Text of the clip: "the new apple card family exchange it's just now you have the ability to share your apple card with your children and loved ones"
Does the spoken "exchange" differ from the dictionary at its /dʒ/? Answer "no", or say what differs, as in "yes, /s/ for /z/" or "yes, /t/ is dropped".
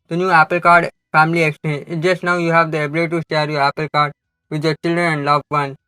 yes, /dʒ/ is dropped